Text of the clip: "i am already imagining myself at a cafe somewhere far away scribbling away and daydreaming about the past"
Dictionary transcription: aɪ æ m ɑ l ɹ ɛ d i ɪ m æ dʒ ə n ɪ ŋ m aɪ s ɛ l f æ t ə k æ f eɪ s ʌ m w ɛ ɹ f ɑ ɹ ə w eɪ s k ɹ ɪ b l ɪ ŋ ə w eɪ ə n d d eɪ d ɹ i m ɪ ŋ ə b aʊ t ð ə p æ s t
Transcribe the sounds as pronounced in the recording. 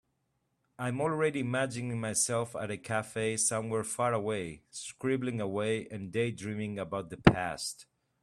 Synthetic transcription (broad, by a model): aɪ m ɑ l ɹ ɛ d i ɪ m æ dʒ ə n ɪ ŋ m aɪ s ɛ l f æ t ə k æ f eɪ s ʌ m w ɛ ɹ f ɑ ɹ ə w eɪ s k ɹ ɪ b l ɪ ŋ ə w eɪ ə n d d eɪ d ɹ i m ɪ ŋ ə b aʊ t ð ə p æ s t